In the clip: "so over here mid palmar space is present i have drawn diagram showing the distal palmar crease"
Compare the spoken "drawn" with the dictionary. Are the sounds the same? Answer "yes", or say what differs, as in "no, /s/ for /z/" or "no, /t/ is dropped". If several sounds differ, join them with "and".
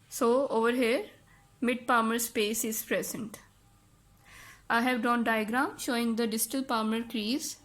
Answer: no, /ɹ/ is dropped